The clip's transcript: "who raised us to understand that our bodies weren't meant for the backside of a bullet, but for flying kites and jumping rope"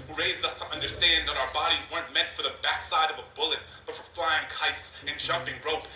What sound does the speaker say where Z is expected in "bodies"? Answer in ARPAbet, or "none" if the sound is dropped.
Z